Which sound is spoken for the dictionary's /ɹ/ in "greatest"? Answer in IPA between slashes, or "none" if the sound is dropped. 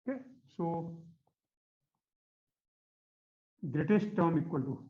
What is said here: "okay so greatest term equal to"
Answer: /ɹ/